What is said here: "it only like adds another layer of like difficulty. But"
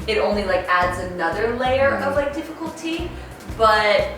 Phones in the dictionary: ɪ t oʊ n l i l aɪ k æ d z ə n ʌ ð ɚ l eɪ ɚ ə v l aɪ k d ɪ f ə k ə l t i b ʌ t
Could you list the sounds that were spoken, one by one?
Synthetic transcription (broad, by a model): ɪ t oʊ n l i l aɪ k æ d z ə n ʌ ð ɚ l eɪ ɚ ə v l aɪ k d ɪ f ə k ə l t i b ʌ t